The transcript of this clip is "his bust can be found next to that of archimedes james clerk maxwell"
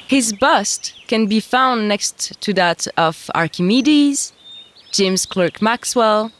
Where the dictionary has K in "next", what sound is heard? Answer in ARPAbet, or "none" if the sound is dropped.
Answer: K